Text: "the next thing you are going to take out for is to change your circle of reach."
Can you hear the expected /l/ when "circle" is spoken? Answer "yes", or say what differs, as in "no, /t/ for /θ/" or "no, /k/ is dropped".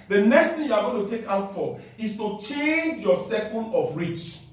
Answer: no, /n/ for /l/